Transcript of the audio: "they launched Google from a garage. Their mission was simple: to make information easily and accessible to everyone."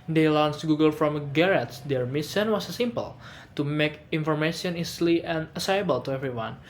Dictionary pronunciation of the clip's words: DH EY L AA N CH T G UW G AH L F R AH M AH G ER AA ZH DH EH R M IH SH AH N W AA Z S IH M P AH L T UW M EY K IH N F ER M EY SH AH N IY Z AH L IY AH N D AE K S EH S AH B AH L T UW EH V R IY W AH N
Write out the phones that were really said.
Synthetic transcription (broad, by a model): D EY L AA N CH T G UW G AH L F R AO M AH G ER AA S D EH R M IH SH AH N W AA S S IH M P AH L T UW M EY K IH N F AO M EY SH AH N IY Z L IY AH N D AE S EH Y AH B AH L T UW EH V R IY W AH N